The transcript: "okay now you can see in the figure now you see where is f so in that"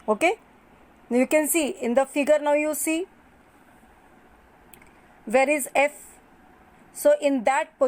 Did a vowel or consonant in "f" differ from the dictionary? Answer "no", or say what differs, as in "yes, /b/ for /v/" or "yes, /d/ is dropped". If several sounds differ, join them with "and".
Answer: no